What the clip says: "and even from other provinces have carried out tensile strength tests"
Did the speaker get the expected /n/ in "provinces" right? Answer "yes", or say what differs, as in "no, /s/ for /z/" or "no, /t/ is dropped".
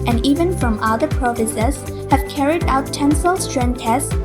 no, /n/ is dropped